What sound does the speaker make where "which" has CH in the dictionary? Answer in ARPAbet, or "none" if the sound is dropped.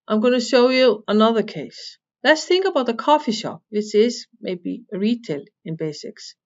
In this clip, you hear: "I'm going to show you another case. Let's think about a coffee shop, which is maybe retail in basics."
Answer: S